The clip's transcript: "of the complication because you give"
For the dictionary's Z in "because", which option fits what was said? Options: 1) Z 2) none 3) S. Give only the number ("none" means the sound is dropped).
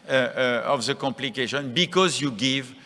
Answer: 1